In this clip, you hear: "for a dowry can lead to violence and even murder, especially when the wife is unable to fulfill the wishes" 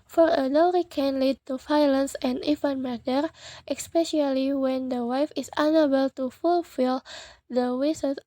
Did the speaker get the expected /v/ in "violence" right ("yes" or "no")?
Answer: no